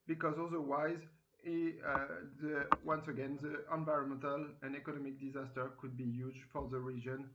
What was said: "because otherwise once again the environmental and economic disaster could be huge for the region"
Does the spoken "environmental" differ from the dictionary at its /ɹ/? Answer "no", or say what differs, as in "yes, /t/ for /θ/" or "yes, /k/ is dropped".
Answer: no